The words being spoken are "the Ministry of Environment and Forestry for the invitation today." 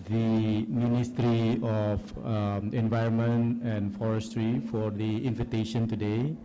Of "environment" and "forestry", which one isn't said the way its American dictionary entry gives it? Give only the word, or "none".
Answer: none